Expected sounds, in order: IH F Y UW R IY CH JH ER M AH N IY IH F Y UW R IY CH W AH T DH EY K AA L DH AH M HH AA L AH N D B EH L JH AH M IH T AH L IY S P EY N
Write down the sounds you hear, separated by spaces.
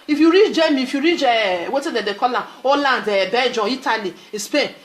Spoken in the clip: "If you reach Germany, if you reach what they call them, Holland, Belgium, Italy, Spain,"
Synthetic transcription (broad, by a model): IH F Y UW R IY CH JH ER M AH IY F Y UW R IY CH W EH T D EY K AA L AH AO L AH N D B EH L JH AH IY T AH L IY S P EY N